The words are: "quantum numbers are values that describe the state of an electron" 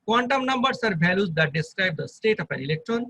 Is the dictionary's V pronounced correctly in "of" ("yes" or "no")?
no